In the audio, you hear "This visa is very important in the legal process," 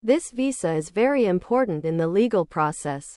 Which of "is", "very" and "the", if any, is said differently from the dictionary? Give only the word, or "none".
none